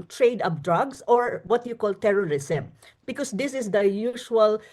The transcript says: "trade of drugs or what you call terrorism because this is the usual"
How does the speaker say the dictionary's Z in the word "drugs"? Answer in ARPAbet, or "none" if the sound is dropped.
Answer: S